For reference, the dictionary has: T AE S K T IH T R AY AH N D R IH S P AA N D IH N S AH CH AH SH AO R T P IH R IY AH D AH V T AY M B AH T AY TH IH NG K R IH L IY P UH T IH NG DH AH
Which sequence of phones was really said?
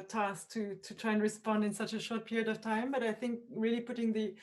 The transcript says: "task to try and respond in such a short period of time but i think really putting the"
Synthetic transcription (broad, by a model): T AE S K T IH T R AY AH N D R IH S P AA N D IH N S AH CH AH SH AO R T P IH R IY AH D AH V T AY M B AH T AY TH IH NG K R IH L IY P UH T IH NG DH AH